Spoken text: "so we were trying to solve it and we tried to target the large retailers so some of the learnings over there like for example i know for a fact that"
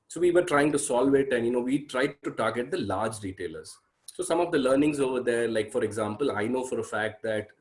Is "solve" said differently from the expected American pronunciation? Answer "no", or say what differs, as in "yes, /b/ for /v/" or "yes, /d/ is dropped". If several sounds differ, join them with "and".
no